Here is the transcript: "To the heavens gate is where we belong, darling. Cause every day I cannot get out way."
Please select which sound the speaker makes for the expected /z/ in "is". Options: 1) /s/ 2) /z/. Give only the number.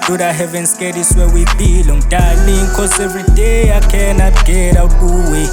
1